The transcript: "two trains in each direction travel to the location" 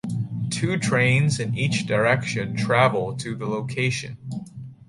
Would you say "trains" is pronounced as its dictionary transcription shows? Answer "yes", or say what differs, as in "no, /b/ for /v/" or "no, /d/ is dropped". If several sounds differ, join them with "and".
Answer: yes